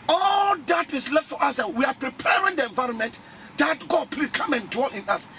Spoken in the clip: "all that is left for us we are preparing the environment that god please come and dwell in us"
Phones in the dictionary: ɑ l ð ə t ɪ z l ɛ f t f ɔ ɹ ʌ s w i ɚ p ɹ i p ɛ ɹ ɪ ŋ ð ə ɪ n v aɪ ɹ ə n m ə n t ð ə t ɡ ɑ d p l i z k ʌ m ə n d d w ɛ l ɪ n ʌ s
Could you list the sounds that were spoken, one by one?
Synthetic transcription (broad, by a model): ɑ l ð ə t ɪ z l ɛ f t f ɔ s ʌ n w i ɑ p ɹ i p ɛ ɹ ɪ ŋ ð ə ɪ n v aɪ ɹ ə n m ə n t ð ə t ɡ ɑ d p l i k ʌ m ə n d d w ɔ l ɪ n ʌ s